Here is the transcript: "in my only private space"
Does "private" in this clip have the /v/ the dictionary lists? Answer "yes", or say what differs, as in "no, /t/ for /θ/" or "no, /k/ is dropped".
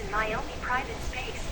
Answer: yes